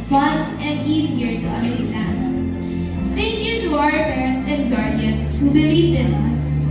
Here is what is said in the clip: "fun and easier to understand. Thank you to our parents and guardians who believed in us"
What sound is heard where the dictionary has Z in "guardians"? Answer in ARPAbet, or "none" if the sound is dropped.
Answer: S